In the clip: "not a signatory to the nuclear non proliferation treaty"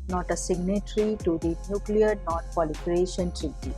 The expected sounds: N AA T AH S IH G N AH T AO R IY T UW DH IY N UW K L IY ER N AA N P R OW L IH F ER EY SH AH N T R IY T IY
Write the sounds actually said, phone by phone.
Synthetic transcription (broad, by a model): N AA T AH S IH G N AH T R IY T UW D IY N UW K L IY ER N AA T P OW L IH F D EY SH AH N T R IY T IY